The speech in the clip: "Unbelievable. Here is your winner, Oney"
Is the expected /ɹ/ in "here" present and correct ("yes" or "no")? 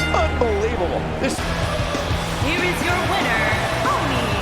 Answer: yes